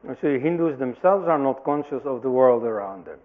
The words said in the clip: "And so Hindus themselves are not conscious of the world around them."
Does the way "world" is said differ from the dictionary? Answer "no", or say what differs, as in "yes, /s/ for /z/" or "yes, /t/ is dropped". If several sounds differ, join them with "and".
no